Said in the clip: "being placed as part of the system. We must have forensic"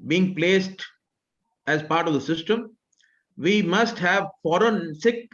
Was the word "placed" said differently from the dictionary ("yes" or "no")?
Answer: no